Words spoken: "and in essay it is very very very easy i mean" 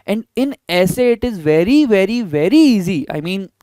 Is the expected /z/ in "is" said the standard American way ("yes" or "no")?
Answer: yes